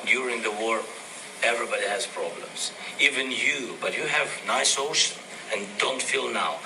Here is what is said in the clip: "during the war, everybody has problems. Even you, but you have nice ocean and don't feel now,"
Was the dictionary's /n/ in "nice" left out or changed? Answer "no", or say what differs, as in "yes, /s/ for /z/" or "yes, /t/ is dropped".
no